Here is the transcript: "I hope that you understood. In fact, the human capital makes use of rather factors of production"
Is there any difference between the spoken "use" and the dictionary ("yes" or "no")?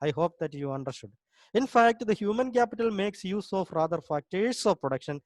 no